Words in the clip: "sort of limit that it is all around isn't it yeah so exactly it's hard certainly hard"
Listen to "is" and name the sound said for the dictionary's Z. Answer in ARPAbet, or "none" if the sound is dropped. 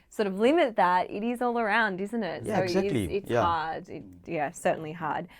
Z